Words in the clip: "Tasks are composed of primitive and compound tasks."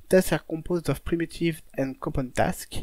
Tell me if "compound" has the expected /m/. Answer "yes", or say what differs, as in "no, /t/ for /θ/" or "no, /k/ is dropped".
no, /m/ is dropped